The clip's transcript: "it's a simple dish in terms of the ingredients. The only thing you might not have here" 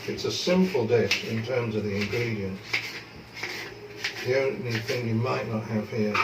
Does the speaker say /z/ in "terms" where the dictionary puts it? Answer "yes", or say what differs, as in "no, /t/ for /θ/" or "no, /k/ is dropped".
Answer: yes